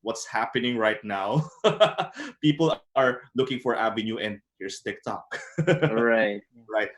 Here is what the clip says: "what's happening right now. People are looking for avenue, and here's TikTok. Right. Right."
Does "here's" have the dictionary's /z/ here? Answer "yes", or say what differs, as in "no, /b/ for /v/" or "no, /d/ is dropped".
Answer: no, /s/ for /z/